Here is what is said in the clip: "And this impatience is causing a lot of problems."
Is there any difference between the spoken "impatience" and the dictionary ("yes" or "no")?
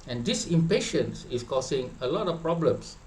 no